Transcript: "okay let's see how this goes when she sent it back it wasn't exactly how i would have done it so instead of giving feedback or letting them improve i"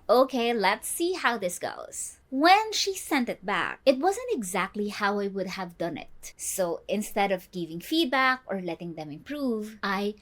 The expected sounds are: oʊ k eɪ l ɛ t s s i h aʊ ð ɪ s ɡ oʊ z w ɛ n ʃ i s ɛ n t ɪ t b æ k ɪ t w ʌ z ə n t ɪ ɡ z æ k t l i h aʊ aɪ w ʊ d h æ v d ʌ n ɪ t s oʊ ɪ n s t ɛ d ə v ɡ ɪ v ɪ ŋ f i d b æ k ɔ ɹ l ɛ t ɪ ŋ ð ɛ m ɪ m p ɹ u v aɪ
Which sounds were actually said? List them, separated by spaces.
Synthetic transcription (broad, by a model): oʊ k eɪ l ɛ t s s i h aʊ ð ɪ s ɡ oʊ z w ɛ n ʃ i s ɛ n t ɪ t b æ k ɪ t w ʌ z ə n t ɪ ɡ z æ k t l i h aʊ aɪ w ʊ d h æ v d ʌ n ɪ t s oʊ ɪ n s t ɛ d ə v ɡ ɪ v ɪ ŋ f i d b æ k ɔ ɹ l ɛ t ɪ ŋ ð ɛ m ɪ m p ɹ u v aɪ